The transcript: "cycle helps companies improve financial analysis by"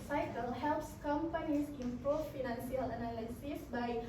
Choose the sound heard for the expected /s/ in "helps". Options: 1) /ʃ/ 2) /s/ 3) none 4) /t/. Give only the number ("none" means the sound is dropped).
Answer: 2